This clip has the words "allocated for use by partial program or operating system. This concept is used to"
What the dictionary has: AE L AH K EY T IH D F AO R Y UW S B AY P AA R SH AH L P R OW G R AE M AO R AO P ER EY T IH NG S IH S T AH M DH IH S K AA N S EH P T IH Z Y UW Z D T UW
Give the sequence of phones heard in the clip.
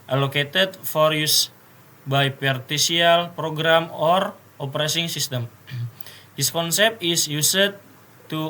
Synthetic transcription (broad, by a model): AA L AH K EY T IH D F AO R Y UW S B AY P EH R S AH L P R OW G R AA M AO R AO P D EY S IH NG S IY S T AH M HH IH S K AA N S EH P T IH S Y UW S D T UW